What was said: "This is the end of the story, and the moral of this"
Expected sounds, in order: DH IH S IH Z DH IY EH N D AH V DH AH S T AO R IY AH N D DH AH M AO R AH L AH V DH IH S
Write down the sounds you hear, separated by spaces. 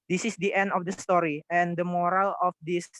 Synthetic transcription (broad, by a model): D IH S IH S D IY EH N D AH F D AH S T AO R IY AH N D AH M AO R AH L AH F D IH S